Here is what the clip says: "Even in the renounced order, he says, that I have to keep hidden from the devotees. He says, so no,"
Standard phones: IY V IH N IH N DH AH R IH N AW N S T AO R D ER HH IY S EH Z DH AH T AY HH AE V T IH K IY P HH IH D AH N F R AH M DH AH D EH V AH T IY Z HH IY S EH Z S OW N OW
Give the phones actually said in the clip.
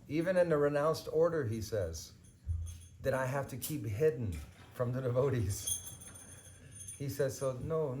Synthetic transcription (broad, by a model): IY V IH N IH N DH AH R IH N AW N S T AO R D ER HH IY S EH Z DH AH T AY HH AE F T IH K IY P HH IH D N F R AH M DH AH D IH V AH T IY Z HH IY S EH Z S OW N OW